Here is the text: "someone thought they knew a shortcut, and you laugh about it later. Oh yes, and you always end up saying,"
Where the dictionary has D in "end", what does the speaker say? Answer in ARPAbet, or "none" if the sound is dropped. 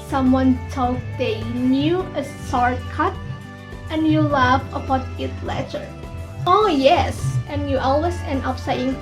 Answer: none